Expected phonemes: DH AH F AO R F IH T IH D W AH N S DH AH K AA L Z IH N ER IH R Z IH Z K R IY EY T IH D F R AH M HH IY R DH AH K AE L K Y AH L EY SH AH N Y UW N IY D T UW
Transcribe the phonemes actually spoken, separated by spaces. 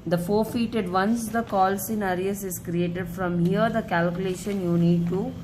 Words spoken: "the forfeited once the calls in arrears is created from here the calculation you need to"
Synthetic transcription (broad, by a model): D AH F AO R F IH T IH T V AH N S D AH K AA L S IH N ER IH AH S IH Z K R IY EY T IH D F R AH M HH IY R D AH K AE L K Y AH L EY SH AH N Y UW N IY D T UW